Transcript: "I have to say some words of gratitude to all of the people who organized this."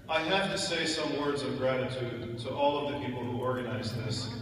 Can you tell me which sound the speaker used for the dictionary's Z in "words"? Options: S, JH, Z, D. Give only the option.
Z